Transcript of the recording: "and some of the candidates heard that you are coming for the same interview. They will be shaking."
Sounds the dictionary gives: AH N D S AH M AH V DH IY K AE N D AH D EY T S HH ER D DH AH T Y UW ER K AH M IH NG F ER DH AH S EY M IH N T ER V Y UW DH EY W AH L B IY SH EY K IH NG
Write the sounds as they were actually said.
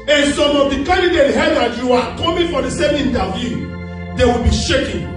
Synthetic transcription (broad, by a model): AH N S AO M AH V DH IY K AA N D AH D EY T HH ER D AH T Y UW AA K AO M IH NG F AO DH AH S EY M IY N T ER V Y UW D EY W AH L B IY SH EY K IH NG